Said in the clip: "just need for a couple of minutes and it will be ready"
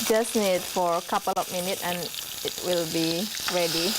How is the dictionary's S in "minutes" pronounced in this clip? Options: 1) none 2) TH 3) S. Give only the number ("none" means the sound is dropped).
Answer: 1